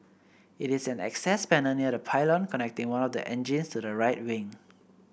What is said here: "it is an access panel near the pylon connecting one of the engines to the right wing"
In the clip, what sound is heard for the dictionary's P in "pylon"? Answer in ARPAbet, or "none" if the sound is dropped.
P